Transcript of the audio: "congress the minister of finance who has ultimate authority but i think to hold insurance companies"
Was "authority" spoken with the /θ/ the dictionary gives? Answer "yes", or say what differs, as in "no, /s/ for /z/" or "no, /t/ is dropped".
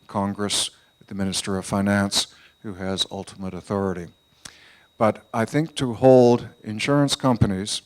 yes